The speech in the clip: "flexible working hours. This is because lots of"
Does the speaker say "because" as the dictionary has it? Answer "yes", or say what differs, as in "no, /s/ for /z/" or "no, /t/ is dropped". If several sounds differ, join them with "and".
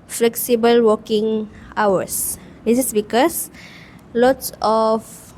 no, /s/ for /z/